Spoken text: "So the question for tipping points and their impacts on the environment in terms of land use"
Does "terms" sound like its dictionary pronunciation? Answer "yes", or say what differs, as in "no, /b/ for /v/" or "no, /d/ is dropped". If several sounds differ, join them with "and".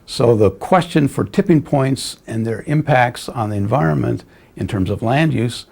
yes